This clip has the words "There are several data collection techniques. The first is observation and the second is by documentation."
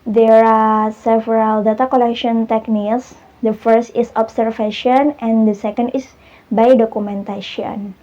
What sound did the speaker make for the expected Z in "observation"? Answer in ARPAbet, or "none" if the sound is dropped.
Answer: S